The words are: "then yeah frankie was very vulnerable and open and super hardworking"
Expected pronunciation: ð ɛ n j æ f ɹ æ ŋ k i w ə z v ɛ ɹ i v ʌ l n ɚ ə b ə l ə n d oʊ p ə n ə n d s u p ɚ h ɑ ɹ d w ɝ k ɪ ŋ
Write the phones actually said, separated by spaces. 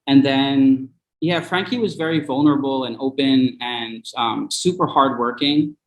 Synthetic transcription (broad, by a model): ð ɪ n j æ f ɹ æ ŋ k i w ə z v ɛ ɹ i v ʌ l n ɚ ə b l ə n oʊ p ə n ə n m s u p ɚ h ɑ ɹ d w ɝ k ɪ ŋ